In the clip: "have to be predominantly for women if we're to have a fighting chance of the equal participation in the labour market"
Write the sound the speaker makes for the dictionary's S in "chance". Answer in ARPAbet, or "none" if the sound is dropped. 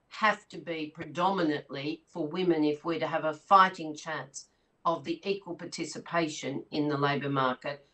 S